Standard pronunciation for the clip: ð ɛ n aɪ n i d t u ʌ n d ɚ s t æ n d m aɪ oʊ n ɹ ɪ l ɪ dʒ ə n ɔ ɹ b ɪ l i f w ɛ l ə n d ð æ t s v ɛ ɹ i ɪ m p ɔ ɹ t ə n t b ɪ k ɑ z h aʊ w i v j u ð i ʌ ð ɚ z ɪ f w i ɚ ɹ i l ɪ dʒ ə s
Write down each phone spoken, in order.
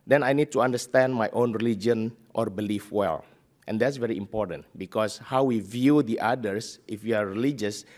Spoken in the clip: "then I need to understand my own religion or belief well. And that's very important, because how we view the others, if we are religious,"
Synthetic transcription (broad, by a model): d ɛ n aɪ n i d t u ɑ n d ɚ s t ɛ n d m aɪ oʊ n ɹ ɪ l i dʒ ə n ɔ ɹ b ɪ l i f w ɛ l ə n d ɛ t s v ɛ ɹ i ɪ m p ɔ ɹ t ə n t b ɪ k ɑ s h aʊ w i v j u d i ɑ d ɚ s ɪ f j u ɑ ɹ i l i dʒ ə s